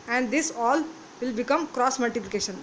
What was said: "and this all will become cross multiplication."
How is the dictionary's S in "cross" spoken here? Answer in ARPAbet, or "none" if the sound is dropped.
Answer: S